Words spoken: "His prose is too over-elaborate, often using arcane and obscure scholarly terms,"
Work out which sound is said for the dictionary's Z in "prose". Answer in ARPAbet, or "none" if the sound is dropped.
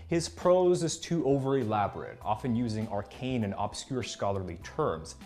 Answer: Z